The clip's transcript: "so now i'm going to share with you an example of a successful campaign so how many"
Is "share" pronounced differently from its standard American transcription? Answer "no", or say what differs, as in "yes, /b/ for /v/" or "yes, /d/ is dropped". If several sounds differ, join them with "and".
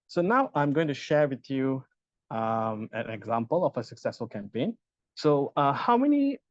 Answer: no